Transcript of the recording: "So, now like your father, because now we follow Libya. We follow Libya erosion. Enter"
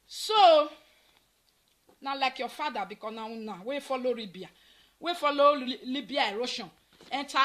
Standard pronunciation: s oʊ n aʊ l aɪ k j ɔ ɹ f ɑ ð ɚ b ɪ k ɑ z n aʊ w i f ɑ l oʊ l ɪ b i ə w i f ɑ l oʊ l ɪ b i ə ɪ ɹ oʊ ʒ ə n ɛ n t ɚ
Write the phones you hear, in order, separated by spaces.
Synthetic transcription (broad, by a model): s oʊ n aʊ l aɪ k j ɔ f ɑ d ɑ b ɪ k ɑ n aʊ w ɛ f ɑ l oʊ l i b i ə w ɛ f ɑ l oʊ l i b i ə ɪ ɹ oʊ ʃ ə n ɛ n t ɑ